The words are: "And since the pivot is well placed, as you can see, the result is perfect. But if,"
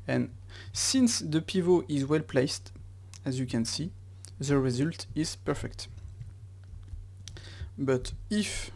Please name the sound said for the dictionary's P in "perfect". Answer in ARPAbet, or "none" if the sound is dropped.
P